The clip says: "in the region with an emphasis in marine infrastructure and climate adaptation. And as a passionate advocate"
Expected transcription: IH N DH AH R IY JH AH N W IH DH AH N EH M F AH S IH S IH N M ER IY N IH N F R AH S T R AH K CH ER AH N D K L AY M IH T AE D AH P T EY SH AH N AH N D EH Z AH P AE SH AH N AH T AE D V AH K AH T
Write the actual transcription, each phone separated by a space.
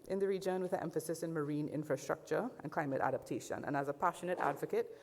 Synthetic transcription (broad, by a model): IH N DH AH R IY JH AH N W IH DH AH EH M F AH S IH S IH N M ER IY N IH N F R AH S T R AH K CH ER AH N K L AY M IH T AE D AH P T EY SH AH N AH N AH Z AH P AE SH AH N AH T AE D V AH K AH T